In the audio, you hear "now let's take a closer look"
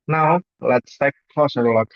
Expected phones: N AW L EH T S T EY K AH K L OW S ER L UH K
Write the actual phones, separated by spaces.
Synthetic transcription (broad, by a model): N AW L EH T S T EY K K L OW S ER L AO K